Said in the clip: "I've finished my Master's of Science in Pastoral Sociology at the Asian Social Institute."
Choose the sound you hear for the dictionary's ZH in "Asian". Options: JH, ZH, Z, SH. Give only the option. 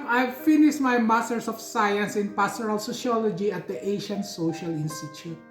SH